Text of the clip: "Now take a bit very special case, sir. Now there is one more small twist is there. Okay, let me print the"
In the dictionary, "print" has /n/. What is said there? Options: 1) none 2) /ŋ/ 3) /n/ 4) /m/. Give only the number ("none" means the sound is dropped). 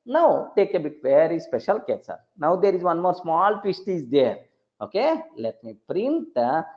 3